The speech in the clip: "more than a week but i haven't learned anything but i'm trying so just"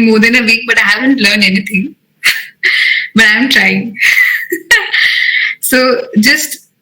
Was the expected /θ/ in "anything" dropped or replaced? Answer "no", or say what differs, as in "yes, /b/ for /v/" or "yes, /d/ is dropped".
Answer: yes, /t/ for /θ/